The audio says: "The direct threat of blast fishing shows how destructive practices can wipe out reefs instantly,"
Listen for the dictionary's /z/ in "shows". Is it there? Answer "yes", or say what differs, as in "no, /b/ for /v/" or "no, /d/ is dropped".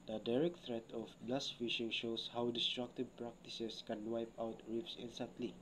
no, /s/ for /z/